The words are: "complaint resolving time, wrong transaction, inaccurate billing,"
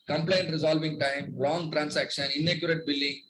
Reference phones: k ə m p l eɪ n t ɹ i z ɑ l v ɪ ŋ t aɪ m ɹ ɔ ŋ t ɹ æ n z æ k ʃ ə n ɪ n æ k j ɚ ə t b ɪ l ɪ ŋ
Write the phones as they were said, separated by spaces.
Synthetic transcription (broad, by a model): k ə m p l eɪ n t ɹ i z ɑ l v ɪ ŋ t aɪ m l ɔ ŋ t ɹ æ n s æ k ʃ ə n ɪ n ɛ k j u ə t b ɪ l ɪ ŋ